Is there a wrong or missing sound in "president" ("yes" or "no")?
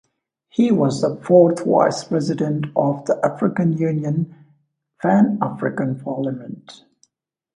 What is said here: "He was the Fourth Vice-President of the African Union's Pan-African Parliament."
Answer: no